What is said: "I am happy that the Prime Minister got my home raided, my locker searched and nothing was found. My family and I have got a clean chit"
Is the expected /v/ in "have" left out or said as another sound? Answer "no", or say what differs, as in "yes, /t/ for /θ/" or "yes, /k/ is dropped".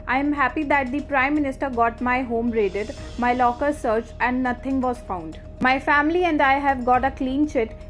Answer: no